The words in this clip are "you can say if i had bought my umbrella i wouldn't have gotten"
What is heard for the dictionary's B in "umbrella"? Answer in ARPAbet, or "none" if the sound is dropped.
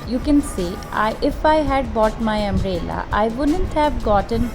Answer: none